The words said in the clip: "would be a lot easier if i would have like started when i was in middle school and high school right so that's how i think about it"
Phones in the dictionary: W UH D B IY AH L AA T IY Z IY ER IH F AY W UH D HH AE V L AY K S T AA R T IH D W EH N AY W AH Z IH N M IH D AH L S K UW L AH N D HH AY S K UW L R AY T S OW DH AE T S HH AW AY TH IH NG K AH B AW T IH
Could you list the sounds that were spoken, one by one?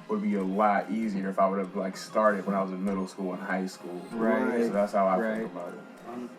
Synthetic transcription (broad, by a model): W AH D B IY AH L AA T IY Z IY ER IH F AY W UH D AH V L AY K S T AA R T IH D W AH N AY W AH Z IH M IH D L S K UW L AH N HH AY S K UW L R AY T S OW DH AE T S HH AW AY IH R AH IH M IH